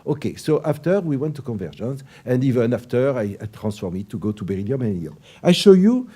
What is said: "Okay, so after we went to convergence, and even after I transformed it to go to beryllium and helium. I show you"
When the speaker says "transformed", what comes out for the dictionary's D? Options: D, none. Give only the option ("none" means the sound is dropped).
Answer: none